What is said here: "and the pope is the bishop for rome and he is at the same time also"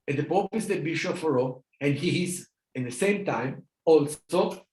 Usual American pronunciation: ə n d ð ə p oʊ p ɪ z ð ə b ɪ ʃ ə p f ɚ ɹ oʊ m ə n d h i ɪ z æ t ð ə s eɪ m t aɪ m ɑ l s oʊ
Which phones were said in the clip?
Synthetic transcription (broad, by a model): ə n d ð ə p oʊ p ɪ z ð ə b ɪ ʃ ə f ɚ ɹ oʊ ə n d h i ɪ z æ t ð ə s eɪ m t aɪ m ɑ l s oʊ